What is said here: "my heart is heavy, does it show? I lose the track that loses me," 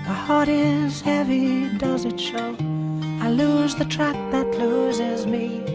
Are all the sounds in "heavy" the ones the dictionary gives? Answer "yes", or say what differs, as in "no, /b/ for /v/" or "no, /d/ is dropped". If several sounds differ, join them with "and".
yes